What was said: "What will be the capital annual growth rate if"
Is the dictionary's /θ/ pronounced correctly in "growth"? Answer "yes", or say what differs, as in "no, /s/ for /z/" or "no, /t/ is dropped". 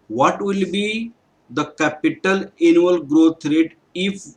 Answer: no, /t/ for /θ/